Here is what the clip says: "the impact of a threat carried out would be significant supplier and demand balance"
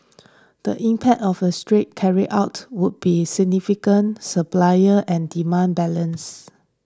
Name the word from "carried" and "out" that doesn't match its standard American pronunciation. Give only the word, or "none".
carried